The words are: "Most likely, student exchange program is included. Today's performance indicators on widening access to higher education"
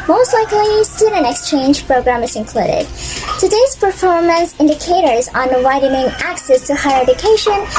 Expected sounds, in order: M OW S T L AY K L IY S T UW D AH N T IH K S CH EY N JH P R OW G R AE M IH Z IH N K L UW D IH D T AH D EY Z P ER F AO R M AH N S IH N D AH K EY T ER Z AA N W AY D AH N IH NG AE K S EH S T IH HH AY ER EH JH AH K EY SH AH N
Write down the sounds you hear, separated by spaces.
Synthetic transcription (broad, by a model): M OW S T L AY K L IY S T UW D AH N IH K S CH EY N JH P R OW G R AE M IH Z IH N K L UW D IH D T AH D EY Z P ER F AO R M AH N S IH N D AH K EY T ER Z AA N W AY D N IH NG AE K S EH S T IH HH AY ER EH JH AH K EY SH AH N